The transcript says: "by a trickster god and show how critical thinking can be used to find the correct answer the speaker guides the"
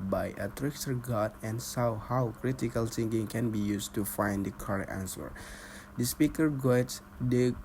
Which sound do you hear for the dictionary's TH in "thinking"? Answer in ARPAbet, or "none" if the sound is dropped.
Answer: S